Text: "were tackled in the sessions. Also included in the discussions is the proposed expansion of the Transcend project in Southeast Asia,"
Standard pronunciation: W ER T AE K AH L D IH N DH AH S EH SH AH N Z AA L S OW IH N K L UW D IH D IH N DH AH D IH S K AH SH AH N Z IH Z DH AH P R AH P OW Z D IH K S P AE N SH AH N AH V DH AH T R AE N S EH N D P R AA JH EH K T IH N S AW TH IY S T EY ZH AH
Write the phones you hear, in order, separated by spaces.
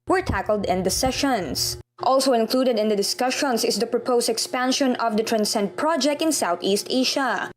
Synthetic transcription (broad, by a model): W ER T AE K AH L D IH N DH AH S EH SH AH N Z AA L S OW IH N K L UW D IH D IH N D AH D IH S K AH SH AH N S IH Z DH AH P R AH P OW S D IH K S P AE N SH AH N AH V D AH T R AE N S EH N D P R AA JH EH K T IH N S AW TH IY S T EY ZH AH